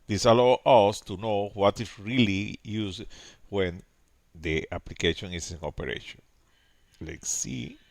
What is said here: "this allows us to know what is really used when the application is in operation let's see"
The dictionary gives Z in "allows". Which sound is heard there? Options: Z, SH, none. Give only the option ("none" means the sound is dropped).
none